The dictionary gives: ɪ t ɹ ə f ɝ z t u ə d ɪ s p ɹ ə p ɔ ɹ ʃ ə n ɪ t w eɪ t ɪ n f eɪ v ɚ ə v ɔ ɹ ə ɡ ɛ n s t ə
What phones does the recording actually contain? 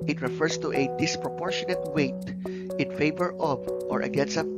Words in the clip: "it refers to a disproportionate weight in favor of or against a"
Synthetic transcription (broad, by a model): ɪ t ɹ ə f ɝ s t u ə d ɪ s p ɹ ə p ɔ ɹ ʃ ə n ɪ t w eɪ t ɪ n f eɪ v ɚ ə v ɔ ɹ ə ɡ ɛ n s ə